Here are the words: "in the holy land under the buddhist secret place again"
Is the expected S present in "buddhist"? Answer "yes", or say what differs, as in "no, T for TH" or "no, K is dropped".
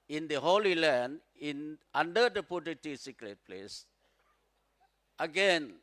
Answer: no, S is dropped